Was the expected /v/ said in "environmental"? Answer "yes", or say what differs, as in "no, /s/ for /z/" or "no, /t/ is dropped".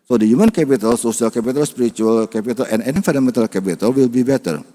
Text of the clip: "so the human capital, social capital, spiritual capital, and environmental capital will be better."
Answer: no, /f/ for /v/